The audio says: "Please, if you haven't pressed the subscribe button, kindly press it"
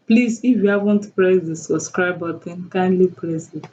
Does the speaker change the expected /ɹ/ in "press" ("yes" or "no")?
yes